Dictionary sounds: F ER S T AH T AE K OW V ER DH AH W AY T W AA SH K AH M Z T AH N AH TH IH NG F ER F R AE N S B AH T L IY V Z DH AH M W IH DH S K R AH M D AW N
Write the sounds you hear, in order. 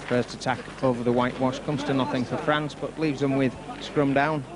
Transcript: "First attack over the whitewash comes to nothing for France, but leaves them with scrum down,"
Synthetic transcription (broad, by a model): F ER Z T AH T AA K OW V ER DH AH W AY T W AA SH K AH M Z T AH N AH TH IH NG F ER F R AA N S B AH T L IY V Z DH AH M W IH DH S K R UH M D AW N